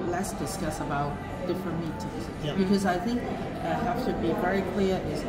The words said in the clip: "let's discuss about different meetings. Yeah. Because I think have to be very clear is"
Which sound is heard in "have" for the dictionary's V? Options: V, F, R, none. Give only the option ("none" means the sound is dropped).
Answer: F